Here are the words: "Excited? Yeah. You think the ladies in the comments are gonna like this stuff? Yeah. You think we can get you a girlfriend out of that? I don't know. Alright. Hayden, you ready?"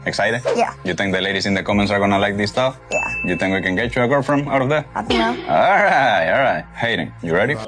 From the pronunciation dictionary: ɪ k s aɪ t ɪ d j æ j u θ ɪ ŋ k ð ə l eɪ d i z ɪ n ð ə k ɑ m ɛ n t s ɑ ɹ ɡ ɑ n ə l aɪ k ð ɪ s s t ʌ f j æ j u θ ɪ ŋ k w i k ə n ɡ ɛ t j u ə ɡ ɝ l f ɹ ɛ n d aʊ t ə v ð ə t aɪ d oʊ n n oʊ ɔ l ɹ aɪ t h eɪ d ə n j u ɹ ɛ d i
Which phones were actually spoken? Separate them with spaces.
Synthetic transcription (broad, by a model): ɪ k s aɪ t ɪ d j æ j u θ ɪ ŋ k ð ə l eɪ d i s ɪ n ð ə k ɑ m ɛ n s ɑ ɹ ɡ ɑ n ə l aɪ k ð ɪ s s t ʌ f j æ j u θ ɪ ŋ k w i k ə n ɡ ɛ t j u ə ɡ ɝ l f ɹ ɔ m aʊ t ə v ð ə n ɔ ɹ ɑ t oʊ ɔ l ɹ aɪ t h eɪ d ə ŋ j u ɹ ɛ d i